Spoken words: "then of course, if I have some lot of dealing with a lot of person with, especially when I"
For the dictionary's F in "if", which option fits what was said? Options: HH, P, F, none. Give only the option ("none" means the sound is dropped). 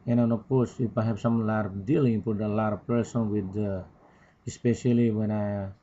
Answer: P